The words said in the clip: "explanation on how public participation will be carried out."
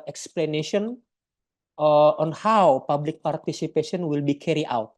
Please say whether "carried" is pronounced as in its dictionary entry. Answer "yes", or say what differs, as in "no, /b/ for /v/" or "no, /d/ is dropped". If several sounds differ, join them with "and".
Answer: no, /d/ is dropped